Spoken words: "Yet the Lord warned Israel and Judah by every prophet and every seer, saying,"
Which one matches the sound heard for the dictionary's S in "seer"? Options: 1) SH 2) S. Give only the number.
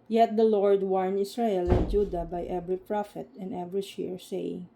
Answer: 1